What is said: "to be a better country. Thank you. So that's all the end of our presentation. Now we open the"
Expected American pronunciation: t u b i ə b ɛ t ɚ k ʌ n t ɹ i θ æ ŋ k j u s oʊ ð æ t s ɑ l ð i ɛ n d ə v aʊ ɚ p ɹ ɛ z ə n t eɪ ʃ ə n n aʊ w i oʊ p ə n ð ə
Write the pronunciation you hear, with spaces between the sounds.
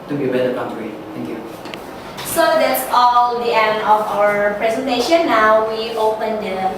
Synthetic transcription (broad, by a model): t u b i ə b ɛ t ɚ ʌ t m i t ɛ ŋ k j u s oʊ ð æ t s ɑ l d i ɛ n d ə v aʊ ɚ p ɹ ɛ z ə n t eɪ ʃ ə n n aʊ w i oʊ p ə n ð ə